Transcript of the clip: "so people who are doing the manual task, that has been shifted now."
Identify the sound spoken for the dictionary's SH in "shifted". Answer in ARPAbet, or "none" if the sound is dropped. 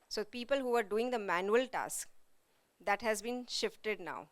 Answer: SH